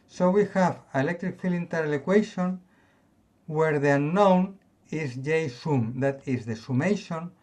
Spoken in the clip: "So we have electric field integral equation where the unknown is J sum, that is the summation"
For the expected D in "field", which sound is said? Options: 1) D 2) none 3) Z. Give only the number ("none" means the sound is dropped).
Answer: 2